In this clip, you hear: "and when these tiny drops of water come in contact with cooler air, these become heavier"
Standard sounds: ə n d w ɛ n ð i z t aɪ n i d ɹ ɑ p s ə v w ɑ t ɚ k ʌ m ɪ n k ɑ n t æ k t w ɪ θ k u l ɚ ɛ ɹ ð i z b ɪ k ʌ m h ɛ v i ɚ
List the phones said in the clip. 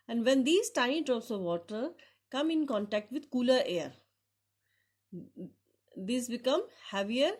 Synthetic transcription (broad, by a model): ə n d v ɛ n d i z t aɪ i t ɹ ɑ s ə v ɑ t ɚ k ʌ m ɪ n k ɑ n t æ k t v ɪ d k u l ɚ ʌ ɹ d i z b ɪ k ʌ m h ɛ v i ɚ